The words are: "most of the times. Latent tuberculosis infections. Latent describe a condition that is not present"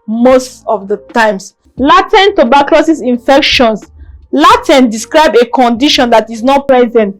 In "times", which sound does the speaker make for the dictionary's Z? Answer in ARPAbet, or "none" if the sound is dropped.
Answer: S